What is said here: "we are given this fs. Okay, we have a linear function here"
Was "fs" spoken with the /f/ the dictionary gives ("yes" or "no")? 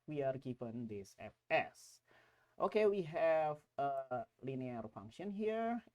no